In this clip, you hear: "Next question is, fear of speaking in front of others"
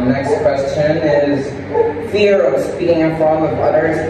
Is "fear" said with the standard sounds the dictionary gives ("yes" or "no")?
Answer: yes